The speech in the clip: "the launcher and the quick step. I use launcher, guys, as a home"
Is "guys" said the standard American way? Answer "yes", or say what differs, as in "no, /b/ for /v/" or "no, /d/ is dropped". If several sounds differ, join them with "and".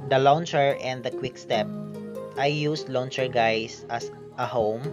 no, /s/ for /z/